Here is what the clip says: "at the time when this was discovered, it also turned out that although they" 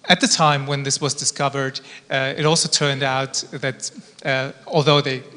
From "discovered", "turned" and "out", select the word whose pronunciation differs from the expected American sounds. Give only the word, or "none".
none